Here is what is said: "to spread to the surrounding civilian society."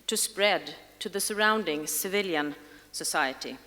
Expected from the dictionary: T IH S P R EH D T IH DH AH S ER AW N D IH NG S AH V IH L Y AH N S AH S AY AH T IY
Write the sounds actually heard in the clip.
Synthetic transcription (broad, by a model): T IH S P R EH D T IH DH AH S ER AW N D IH NG S AH V IH L Y AH N S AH S AY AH T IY